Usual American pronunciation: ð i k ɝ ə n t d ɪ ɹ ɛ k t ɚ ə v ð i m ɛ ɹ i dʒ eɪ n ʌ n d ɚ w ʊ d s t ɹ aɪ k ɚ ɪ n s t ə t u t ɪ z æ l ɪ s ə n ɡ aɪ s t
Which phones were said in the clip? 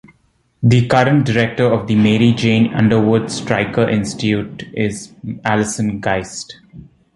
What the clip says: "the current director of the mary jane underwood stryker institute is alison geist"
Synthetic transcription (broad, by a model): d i k ɝ ə n t d ɪ ɹ ɛ k t ɚ ə v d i m ɛ ɹ i dʒ eɪ n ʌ n d ɚ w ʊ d s t ɹ aɪ k ɚ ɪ n s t t u t ɪ z æ l ɪ s ə n ɡ aɪ s t